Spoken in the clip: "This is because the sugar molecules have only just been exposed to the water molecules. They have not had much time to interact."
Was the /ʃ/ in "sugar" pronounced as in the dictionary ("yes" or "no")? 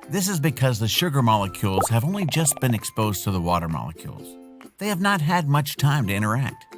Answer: yes